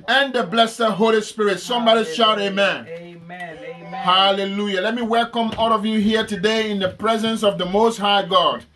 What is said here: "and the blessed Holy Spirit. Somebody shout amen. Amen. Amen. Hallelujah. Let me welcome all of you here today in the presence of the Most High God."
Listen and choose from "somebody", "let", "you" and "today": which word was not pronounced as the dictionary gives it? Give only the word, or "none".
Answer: none